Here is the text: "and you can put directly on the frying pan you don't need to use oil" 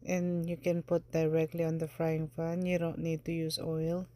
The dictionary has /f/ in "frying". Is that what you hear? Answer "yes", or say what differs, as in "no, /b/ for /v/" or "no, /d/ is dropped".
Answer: yes